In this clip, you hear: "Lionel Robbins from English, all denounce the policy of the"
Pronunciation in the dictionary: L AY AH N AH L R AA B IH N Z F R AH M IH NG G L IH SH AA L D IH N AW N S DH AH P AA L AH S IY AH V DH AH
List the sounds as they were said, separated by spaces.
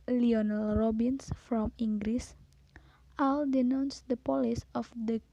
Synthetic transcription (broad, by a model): L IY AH N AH L R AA B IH N S F R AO M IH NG G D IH S AA L D IH N AW N S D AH P AA L AH S IY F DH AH